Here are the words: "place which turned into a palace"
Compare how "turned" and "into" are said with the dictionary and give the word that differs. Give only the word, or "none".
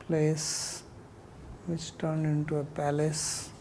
none